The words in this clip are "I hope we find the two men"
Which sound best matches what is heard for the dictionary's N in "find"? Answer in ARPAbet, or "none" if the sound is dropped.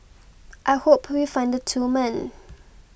N